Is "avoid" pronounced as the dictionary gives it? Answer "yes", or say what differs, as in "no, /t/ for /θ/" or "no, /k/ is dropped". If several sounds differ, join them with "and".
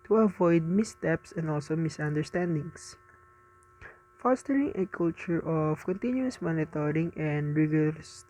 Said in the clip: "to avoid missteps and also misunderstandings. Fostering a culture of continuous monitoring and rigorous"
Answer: yes